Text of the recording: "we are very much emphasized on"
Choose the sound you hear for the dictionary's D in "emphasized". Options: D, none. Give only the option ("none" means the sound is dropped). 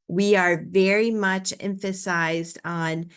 D